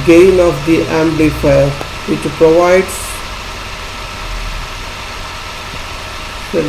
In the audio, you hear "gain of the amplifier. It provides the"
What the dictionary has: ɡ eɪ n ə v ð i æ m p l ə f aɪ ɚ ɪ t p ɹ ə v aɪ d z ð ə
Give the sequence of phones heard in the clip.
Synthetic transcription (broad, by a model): ɡ eɪ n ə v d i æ m b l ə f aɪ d ɪ t p ɹ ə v aɪ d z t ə